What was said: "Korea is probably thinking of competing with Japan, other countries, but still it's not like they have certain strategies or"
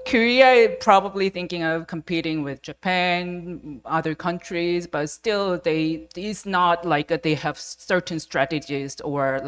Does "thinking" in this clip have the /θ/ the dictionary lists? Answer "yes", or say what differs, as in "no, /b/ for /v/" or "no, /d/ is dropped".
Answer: yes